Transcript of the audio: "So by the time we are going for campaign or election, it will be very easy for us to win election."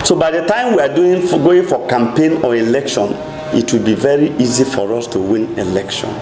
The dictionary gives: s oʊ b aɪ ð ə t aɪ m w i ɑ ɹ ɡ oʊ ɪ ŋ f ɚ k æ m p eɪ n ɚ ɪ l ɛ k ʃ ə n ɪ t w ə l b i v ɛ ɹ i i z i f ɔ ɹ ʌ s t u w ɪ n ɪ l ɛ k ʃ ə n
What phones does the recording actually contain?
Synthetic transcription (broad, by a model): s oʊ b aɪ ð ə t aɪ m w i ɑ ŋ ɡ oʊ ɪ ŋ f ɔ k æ m p eɪ n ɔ ɪ l ɛ k ʃ ə n ɪ t w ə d b i v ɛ ɹ i i z i f ɔ ɹ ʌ s t u w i n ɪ l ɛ k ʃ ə n